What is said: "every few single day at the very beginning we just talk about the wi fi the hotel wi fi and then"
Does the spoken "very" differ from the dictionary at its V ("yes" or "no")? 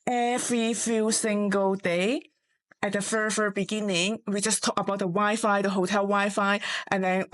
yes